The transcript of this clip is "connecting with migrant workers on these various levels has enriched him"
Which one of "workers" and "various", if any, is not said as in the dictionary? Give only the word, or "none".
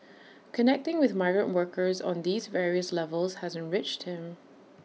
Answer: none